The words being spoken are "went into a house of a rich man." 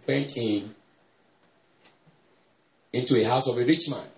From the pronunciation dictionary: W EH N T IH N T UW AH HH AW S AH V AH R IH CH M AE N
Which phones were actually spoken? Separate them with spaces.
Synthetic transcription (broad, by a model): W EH N T IH N T UW AH HH AW S AH V AH R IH CH M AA N